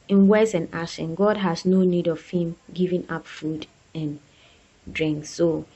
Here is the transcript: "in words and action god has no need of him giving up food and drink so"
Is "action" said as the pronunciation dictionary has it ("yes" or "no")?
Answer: no